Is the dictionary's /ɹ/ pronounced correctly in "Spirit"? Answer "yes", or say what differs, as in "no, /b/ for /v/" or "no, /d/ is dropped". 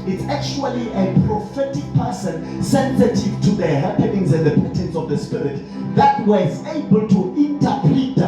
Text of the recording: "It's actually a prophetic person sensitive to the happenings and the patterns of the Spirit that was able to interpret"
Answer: yes